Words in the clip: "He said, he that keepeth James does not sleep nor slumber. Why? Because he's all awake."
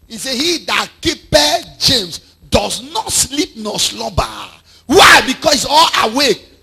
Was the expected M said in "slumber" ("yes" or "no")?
no